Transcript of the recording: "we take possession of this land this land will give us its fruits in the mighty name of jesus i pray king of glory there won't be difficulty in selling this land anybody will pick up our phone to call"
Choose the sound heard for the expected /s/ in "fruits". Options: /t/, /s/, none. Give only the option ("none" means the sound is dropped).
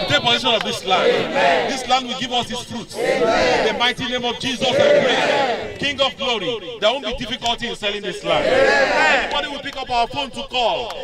none